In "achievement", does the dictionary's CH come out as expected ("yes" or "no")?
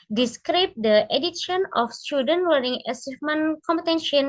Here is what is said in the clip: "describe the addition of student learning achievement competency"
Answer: no